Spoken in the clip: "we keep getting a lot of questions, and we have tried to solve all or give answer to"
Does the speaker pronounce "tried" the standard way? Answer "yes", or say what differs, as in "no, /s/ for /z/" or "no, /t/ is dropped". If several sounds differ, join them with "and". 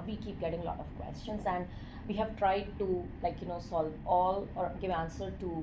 yes